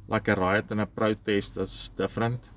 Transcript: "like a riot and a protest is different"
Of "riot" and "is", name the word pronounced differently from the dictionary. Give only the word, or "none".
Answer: is